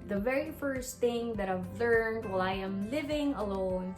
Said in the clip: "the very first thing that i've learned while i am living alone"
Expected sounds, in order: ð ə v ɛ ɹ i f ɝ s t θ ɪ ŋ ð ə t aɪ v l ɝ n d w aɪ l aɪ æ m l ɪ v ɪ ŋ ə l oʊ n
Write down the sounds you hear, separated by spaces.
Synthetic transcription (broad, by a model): ð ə v ɛ ɹ i f ɝ s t θ ɪ ŋ ð ə t aɪ v l ɝ n d w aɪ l aɪ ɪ m l ɪ v ɪ ŋ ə l oʊ n